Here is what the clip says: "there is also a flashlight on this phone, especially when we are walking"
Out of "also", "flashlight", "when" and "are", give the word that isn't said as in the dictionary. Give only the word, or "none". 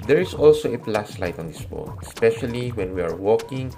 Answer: flashlight